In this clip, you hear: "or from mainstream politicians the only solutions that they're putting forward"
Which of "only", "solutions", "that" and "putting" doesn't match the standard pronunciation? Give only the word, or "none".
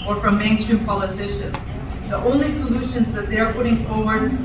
none